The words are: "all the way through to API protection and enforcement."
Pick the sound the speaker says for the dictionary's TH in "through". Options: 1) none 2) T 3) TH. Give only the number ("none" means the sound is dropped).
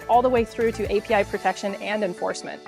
3